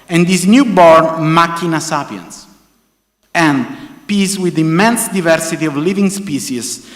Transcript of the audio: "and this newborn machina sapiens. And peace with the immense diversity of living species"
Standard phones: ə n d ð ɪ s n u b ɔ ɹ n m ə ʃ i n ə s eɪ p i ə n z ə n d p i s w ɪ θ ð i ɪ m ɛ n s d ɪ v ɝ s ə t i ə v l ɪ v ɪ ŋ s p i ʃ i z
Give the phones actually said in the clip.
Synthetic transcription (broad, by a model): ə n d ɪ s n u b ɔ ɹ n m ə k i n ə s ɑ p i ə n s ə n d p i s w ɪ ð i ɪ m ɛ n s d ɪ v ɝ s ə t i ə v l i v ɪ ŋ s p i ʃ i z